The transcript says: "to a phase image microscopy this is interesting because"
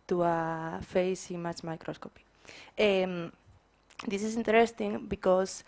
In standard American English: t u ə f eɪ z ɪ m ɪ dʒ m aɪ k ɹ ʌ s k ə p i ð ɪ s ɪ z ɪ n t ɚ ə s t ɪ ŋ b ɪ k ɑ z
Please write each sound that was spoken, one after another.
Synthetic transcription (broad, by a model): t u ə f eɪ s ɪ m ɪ tʃ m aɪ k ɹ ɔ s k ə p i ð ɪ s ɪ s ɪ n t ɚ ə s t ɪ ŋ b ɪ k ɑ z